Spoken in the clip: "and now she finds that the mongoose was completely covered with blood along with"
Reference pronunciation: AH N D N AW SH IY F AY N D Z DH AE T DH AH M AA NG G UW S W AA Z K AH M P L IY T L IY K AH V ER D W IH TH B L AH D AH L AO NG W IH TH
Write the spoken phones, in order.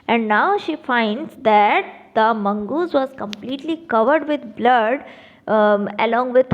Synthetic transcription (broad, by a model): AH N D N AW SH IY F AY N D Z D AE T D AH M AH NG G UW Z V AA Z K AH M P L IY T L IY K AH V ER D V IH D B L AH D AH L AO NG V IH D